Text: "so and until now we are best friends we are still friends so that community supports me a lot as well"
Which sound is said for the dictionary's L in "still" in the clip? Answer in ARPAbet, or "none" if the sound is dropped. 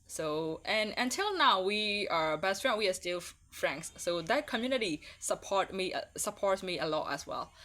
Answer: L